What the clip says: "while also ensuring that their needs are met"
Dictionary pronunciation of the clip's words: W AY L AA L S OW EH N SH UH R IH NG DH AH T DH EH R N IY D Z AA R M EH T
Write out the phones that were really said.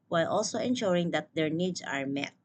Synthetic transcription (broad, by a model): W AY L AA L S OW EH N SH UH R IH NG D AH T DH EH R N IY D S AA R M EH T